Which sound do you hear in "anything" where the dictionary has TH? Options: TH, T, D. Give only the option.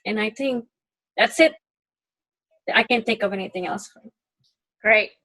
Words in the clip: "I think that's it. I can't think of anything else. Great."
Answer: TH